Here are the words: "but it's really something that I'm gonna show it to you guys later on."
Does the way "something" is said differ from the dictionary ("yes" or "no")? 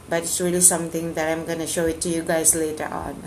yes